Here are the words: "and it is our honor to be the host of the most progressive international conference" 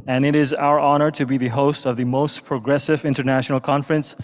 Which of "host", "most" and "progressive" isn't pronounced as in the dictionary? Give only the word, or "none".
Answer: none